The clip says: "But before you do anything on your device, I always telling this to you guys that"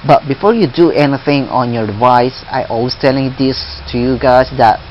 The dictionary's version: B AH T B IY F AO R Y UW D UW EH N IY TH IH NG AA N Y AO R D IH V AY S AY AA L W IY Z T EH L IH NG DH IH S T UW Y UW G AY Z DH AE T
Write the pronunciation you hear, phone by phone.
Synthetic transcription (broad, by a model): B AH T B IY F AO R Y UW D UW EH N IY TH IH NG AA N Y AO R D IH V AY S AY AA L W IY S T EH L IH NG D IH S T UW Y UW G AY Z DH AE T